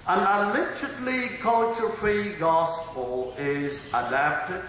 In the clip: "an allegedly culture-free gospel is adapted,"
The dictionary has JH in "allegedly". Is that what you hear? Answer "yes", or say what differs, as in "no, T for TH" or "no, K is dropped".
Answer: no, JH is dropped